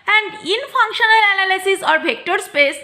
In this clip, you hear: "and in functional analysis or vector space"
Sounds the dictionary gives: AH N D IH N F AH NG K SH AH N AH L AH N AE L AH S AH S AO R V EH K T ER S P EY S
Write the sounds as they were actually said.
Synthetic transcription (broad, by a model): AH N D IH N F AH NG K SH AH N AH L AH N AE L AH S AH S AO R B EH K T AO S P EY S